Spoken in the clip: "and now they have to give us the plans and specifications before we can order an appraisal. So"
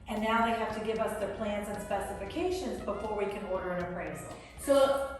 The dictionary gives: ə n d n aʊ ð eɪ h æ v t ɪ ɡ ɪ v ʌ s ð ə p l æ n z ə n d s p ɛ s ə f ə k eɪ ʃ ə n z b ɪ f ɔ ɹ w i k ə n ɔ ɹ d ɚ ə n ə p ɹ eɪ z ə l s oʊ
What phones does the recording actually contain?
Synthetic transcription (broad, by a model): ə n n aʊ ð eɪ h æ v t ɪ ɡ ɪ v ʌ s ð ə p l æ n z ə n s p ɛ s ə f ə k eɪ ʃ ə n z b ɪ f ɔ ɹ w i k ə n ɔ ɹ d ɚ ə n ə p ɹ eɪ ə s s oʊ